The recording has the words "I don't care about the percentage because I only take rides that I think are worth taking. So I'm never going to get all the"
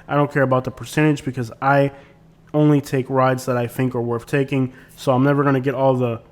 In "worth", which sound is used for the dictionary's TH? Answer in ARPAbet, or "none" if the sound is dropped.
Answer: TH